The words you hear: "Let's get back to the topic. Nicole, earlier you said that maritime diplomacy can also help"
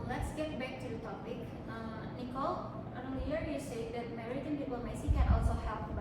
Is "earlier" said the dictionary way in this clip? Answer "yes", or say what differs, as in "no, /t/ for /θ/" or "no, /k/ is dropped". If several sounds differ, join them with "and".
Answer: no, /n/ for /l/